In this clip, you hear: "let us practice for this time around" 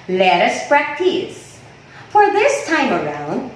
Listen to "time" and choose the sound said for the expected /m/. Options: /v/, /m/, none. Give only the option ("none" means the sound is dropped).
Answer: /m/